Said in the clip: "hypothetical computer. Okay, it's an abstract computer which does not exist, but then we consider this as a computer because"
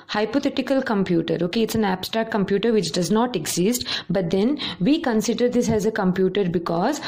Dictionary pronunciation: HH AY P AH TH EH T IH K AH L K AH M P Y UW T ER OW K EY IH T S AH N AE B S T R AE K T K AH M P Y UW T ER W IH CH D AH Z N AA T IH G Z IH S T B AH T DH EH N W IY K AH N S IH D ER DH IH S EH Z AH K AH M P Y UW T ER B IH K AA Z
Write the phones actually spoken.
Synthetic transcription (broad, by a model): HH AY P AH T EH T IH K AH L K AH M P Y UW T ER OW K EY IH T S AH N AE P S T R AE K K AH M P Y UW T ER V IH CH D AH Z N AA T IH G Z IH S T B AH T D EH N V IY K AH N S IH D ER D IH S EH Z AH K AH M P Y UW T ER B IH K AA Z